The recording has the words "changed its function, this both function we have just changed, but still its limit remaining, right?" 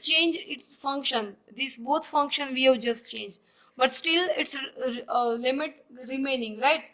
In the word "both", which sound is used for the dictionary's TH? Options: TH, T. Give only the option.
T